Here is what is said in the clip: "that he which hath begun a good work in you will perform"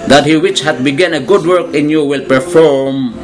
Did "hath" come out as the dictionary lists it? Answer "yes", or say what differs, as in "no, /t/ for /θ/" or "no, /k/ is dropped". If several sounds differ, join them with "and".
no, /t/ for /θ/